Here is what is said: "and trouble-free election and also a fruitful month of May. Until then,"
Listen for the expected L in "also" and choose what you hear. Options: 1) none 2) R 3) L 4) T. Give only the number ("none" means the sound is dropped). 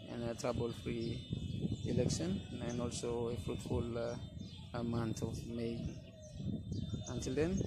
3